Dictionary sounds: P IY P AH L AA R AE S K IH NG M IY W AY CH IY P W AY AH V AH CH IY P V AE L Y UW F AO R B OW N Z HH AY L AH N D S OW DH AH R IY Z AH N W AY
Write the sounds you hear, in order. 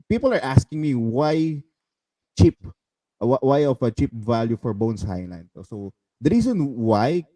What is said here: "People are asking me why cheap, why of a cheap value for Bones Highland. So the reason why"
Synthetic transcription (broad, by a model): P IY P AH L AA R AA S K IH NG M IY W AY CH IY P W AY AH F AH CH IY P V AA L Y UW F AO R B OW N S HH AY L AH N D S OW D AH R IY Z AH N W AY